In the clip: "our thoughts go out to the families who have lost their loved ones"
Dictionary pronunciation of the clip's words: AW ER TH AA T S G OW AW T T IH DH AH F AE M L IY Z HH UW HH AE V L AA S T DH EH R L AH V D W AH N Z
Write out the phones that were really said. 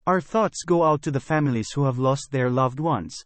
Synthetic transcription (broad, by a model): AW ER TH AA T S G OW AW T T IH DH AH F AE M L IY Z HH UW HH AE V L AA S T DH EH R L AH V D W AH N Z